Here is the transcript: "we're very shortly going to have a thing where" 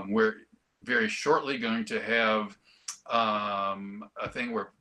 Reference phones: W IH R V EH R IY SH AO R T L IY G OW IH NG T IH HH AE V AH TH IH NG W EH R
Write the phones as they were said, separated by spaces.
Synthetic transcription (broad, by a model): W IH R V EH R IY SH AO R T L IY G OW IH NG T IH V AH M AH TH IH NG W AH R